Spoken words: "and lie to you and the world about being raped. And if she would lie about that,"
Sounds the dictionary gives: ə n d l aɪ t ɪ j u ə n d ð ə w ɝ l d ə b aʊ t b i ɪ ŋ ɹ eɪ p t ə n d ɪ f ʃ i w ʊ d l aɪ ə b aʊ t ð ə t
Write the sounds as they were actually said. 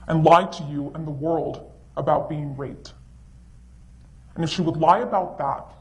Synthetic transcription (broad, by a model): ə n l aɪ t ɪ j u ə n ð ə w ɝ l d ə b aʊ t b i ɪ ŋ ɹ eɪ t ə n ɪ f ʃ i w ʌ d l aɪ ə b aʊ t ð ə t